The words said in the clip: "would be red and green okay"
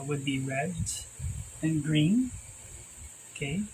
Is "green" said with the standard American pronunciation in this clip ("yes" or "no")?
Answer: yes